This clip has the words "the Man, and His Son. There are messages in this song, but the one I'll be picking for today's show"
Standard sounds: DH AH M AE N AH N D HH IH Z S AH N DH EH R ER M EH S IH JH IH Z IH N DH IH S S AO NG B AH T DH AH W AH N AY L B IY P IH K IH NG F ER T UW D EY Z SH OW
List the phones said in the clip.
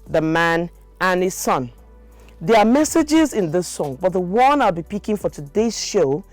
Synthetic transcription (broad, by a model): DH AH M AE N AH N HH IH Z S AH N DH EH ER M EH S IH JH IH Z IH N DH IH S S AO NG B AH T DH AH W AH N AY L B IY P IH K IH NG F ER T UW D EY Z SH OW